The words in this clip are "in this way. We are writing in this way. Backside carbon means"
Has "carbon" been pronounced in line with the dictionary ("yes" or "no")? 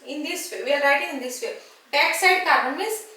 no